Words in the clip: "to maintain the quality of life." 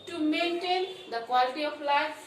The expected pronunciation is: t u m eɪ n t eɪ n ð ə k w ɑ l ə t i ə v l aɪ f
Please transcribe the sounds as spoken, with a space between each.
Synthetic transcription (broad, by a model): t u m eɪ n t eɪ n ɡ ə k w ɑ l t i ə p l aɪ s